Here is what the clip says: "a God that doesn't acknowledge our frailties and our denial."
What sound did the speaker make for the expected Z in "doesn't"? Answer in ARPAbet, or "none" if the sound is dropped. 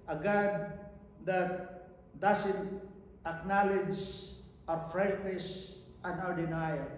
S